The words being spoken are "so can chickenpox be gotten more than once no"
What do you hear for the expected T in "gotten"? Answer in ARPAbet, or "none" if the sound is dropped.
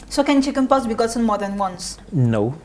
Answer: S